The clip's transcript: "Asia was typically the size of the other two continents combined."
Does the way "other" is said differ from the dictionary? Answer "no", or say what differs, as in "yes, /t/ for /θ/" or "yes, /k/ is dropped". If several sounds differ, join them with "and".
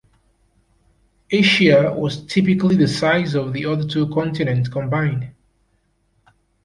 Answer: no